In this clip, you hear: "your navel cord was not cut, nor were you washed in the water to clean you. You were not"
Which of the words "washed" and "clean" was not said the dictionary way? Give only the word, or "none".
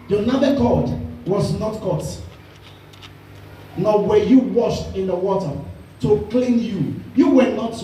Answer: none